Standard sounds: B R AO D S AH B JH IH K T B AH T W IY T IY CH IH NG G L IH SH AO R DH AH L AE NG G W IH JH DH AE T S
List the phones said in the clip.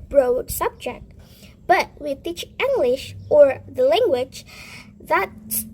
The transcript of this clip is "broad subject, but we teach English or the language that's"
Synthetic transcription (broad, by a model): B R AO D S AH B JH IH K T B AH T W IY T IY CH IH NG G L IH SH AO R DH AH L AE NG G W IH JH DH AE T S